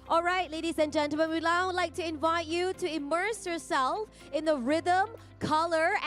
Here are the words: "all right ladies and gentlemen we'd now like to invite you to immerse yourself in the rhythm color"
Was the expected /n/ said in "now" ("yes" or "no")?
no